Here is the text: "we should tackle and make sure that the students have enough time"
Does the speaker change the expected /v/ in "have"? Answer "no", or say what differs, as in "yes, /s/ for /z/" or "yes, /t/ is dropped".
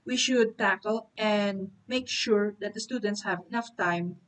no